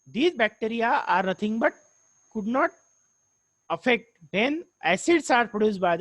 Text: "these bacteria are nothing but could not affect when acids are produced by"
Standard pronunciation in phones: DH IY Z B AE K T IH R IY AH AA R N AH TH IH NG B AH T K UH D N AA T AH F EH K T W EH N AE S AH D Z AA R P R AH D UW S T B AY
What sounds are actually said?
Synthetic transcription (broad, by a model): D IY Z B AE K T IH R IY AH AA R N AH T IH NG B AH T K UH D N AA T AH F EH K T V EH N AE S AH D S AA R P R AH D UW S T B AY